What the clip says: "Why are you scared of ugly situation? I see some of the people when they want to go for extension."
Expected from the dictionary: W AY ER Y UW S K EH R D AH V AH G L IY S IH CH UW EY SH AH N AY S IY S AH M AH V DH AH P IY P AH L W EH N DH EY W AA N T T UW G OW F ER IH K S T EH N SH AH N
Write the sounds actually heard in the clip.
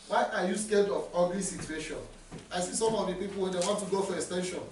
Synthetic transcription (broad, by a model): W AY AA Y UW S K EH L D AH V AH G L IY S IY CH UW EY SH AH N AY S IY S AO M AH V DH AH P IY P L W EH N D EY W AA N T T UW G OW F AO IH K S T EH N SH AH N